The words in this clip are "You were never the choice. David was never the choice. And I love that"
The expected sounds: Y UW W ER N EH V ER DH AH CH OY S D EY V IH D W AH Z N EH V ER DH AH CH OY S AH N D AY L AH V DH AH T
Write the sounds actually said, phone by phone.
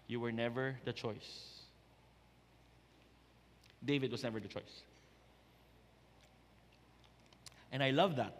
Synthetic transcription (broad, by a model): Y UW W ER N EH V ER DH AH CH OY S D EY V IH D W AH S N EH V ER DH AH CH OY S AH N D AY L AH V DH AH T